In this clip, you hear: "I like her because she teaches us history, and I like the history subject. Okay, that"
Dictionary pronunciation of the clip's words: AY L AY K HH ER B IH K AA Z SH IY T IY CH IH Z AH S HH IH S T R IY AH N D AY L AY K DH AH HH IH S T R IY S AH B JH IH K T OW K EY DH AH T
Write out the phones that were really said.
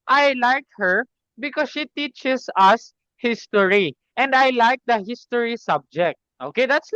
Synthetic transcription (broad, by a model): AY L AY K HH ER B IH K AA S SH IY T IY CH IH S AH S HH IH S T R IY AH N D AY L AY K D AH HH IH S T R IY S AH B JH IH K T OW K EY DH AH T